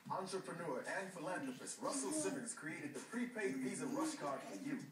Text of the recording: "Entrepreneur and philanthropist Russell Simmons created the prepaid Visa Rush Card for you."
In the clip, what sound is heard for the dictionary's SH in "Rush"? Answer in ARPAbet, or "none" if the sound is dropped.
S